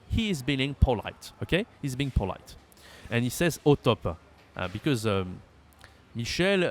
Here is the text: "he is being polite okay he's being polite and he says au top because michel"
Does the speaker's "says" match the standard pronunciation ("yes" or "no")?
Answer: yes